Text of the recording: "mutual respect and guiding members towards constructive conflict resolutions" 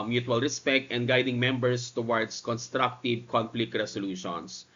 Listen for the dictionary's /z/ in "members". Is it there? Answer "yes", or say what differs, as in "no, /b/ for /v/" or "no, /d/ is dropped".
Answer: no, /s/ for /z/